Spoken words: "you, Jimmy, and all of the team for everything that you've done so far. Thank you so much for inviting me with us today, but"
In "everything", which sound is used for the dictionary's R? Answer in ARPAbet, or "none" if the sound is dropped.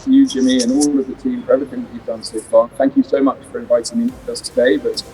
none